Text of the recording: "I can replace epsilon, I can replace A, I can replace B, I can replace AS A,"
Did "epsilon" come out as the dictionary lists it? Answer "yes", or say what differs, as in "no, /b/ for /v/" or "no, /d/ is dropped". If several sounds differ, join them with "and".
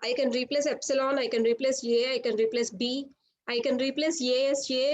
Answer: yes